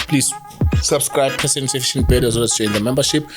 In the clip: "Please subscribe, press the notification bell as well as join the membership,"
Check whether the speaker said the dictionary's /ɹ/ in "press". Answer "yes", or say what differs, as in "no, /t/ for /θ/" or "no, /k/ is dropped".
no, /ɹ/ is dropped